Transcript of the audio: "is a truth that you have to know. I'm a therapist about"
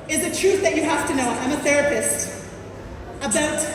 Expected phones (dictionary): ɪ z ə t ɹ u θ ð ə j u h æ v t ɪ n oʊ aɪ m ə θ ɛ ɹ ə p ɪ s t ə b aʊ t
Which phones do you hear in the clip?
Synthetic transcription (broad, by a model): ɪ z ə t ɹ u θ ð ə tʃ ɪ h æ f t ɪ n oʊ aɪ m ə θ ɛ ɹ ə p ɪ s t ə b aʊ t